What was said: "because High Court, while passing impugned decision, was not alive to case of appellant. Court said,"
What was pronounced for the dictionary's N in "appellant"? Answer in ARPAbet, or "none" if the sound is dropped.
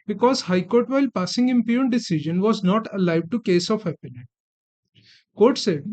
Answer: none